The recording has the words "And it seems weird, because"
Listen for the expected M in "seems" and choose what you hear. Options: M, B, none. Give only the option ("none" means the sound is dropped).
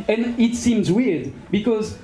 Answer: M